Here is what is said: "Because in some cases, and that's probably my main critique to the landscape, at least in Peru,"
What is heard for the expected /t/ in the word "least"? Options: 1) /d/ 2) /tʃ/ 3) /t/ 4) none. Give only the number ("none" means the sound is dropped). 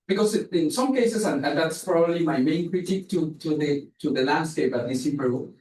4